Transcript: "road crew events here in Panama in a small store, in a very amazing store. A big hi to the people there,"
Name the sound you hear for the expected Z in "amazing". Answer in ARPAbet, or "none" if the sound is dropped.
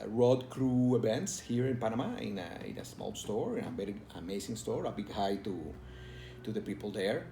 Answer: S